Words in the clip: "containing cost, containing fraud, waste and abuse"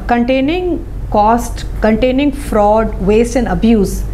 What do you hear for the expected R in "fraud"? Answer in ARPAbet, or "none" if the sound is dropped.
R